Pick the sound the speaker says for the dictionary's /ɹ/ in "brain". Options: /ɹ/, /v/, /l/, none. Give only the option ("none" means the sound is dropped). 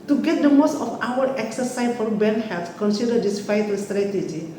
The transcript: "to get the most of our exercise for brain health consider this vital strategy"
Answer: none